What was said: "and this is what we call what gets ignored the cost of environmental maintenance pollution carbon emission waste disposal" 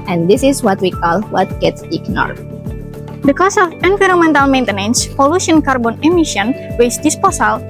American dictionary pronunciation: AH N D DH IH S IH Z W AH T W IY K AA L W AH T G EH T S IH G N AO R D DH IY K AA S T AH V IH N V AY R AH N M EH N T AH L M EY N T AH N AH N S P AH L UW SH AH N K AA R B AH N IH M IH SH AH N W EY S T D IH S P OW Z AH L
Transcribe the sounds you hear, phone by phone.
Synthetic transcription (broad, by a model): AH N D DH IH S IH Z W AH T W IY K AA L W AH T G EH T S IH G N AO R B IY K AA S AH F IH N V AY R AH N M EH N T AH L M EY N T AH N AH N S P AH L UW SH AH N K AA R B AH N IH M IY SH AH N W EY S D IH S P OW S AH L